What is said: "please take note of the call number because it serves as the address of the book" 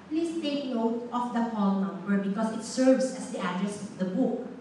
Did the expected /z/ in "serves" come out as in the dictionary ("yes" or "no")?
no